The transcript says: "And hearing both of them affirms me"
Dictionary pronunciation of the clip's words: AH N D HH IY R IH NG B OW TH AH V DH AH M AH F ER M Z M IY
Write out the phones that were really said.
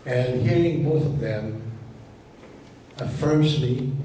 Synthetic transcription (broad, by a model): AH N HH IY R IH NG B OW TH AH V DH AH M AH F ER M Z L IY